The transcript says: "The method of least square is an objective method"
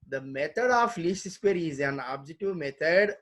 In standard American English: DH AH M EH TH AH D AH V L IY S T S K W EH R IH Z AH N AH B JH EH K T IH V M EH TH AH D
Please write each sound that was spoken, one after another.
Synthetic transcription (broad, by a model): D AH M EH T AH D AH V L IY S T S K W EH R IH Z AH N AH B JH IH T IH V M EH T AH D